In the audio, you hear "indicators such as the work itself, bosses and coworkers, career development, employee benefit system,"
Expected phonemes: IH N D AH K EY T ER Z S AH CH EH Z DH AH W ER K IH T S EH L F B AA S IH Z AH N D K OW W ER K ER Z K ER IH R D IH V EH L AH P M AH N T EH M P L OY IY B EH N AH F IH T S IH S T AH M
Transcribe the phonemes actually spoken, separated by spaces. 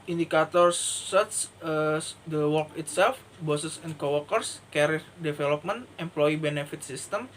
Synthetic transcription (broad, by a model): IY N D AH K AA T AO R S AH S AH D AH W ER K IH T S EH L F B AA S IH S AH N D K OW W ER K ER S K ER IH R D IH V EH L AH P M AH N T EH M P L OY IY B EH N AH F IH T S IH S T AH M